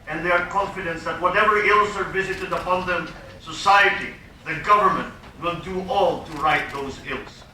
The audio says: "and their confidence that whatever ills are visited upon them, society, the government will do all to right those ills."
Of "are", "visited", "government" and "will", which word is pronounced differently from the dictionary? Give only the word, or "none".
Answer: none